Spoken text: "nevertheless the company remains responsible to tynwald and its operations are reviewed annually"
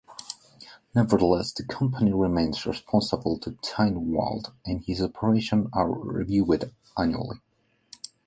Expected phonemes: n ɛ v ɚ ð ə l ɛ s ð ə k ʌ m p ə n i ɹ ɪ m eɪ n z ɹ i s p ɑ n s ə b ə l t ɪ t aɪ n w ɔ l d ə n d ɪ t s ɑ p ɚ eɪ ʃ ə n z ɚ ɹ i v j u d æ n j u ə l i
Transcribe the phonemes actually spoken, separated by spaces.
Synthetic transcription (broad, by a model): n ɛ v ɚ ð ə l ɛ s ð ə k ʌ m p ə n i ɹ ɪ m eɪ n z ɹ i s p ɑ n s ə b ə l t ɪ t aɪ n w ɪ l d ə n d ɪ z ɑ p ɚ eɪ ʃ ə n ɚ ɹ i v j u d æ n j u ə l i